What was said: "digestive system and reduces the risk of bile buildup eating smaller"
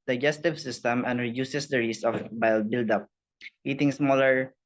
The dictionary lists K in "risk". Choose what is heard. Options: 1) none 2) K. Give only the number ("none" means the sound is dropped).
1